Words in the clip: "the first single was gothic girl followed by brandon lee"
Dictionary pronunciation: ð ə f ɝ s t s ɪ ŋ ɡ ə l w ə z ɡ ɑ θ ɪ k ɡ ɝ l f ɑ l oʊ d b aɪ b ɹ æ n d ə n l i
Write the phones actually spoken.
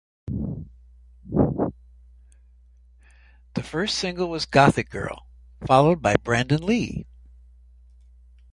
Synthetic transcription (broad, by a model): ð ə f ɝ s t s ɪ ŋ ɡ l w ə z ɡ ɑ θ ɪ k ɡ ɝ l f ɑ l oʊ d b aɪ b ɹ æ n d ə n l i